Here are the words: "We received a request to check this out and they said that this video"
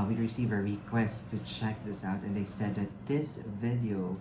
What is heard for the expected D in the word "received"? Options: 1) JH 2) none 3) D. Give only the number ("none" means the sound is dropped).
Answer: 2